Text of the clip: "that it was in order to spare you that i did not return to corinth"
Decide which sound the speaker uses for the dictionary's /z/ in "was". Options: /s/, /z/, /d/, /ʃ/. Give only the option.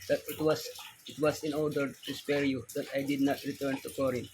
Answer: /s/